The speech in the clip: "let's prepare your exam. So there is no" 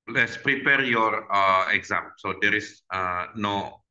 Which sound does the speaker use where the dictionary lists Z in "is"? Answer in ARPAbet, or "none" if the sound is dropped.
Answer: S